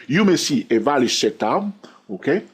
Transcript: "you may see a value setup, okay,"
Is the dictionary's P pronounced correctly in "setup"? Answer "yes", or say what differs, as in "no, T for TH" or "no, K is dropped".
no, P is dropped